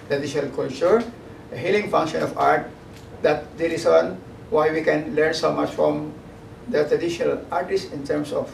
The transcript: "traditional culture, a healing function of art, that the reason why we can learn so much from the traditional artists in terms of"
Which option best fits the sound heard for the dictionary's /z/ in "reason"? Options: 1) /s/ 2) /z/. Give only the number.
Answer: 1